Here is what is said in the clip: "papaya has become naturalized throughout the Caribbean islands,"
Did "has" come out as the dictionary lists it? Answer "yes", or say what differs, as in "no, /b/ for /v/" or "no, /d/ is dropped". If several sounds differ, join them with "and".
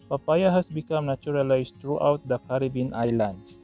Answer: no, /s/ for /z/